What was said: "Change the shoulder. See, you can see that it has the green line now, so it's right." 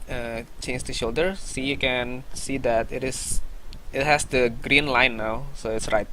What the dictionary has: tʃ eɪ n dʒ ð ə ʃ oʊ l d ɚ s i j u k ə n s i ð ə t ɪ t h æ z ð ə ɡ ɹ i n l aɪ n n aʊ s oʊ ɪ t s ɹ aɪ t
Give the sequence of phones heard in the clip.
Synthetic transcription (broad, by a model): tʃ eɪ n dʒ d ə ʃ oʊ l d ɚ s i j u k ə n s i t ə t ɪ t h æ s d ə ɡ ɹ i n l aɪ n n aʊ s oʊ ɪ t s ɹ aɪ t